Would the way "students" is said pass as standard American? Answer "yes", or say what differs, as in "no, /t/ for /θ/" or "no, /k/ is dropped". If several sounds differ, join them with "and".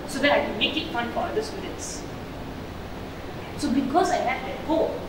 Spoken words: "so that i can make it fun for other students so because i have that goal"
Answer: no, /n/ is dropped